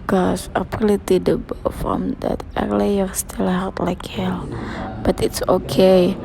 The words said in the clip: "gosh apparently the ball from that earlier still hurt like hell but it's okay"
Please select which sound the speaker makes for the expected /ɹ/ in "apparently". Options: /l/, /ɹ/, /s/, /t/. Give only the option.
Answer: /l/